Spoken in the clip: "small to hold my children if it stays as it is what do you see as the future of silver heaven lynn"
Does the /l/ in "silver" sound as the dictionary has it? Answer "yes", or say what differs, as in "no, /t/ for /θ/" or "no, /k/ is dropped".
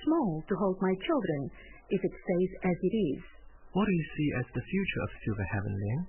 no, /l/ is dropped